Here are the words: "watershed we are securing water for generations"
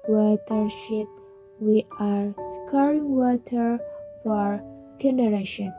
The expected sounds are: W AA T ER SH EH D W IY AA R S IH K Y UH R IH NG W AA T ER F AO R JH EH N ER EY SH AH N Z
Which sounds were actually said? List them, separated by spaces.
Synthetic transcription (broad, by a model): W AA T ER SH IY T W IY AA R S K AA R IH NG W AA T ER F AO R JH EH N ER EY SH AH N